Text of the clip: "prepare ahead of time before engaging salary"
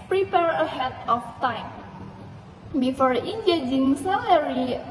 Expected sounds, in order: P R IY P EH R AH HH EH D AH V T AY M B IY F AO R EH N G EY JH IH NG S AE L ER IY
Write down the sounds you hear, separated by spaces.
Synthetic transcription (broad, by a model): P R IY P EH R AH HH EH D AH F T AY M B IY F AO R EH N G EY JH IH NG S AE L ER IY